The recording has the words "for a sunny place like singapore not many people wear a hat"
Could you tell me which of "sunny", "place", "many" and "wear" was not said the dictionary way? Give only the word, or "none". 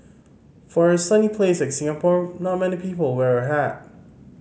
none